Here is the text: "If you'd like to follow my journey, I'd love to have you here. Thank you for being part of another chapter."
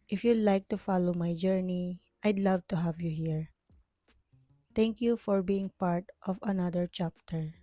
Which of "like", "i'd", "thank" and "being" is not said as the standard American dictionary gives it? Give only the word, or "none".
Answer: thank